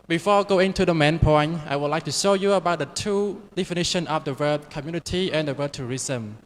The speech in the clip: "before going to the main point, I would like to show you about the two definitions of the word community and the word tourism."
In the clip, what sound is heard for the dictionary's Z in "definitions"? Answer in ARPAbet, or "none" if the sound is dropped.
none